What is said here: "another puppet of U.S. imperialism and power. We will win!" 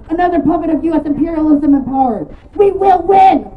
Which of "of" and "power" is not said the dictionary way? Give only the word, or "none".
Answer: none